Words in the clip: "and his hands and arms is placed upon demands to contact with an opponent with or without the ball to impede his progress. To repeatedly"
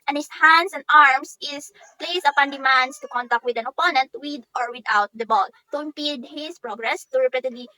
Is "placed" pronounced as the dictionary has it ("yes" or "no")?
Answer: no